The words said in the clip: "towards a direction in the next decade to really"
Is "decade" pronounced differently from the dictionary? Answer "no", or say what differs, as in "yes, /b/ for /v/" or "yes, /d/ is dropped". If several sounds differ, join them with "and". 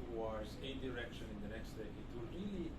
yes, /k/ is dropped